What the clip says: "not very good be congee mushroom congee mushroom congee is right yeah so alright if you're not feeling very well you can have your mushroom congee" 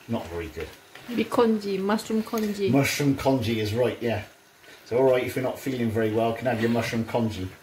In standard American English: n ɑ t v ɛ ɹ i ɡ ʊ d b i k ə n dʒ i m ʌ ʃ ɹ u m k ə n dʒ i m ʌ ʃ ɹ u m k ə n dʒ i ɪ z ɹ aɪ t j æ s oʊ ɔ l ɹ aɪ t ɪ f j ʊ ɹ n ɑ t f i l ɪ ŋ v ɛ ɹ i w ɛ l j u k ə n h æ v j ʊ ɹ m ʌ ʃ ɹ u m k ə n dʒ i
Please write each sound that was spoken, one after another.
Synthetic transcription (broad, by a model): n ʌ t v ɛ ɹ i ɡ ʊ d b i k ə n dʒ i m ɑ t ɹ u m k ə n dʒ i m ʌ ʃ ɹ u m k ə n dʒ i ɪ z ɹ aɪ t j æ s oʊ ɔ l ɹ aɪ t ɪ f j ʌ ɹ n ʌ t f i l ɪ ŋ v ɛ ɹ i w ɛ l k ə n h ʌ v j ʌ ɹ m ʌ ʃ ɹ u m k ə n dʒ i